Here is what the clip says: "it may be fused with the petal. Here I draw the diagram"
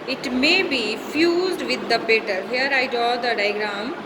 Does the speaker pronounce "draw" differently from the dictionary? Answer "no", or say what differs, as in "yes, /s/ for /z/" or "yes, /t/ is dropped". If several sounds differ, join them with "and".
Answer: yes, /ɹ/ is dropped